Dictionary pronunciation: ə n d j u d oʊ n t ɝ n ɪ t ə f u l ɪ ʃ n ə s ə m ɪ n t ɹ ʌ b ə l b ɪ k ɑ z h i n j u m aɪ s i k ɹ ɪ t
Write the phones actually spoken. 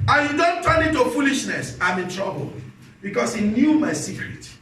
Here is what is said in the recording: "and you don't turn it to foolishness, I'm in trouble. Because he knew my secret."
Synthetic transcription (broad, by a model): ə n j u d oʊ n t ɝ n ɪ t ə f u l ɪ ʃ n ə s ə m ɪ n t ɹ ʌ b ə l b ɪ k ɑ s h i n j u m aɪ s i k ɹ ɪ t